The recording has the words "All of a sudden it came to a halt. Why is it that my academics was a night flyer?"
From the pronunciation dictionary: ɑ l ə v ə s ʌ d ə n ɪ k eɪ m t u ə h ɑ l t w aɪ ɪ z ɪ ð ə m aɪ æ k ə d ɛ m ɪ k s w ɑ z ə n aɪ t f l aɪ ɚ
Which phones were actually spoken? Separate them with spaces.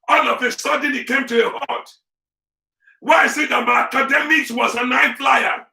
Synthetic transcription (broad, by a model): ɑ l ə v ə s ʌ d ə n ɪ k eɪ m t u ə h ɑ t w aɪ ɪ s ɪ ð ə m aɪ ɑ k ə d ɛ m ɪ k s w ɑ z ə n aɪ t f l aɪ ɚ